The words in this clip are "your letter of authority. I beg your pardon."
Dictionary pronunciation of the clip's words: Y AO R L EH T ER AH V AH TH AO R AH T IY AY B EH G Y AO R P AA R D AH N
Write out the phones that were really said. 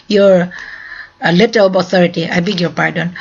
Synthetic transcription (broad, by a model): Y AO R L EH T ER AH B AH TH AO R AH T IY AY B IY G Y AO R P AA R D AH N